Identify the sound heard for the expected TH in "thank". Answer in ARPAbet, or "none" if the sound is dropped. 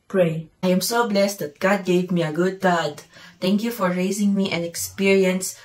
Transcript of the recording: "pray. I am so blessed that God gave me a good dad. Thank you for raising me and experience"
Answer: T